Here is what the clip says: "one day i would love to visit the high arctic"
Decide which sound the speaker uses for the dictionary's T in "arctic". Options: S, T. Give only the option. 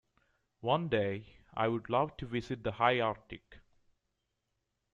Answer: T